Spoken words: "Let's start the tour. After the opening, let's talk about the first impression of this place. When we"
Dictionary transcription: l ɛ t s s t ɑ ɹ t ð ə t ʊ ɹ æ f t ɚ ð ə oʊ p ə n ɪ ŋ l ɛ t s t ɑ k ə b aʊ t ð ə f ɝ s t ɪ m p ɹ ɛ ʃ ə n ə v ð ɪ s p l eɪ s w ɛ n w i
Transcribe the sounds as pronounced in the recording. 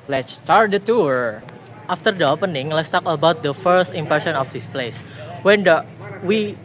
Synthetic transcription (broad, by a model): l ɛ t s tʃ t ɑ ɹ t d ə t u ɹ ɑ f t ɚ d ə oʊ p ə n ɪ ŋ l ɛ t s t ɑ k ə b aʊ t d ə f ɝ s t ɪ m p ɛ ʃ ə n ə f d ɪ s p l eɪ s w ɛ n w i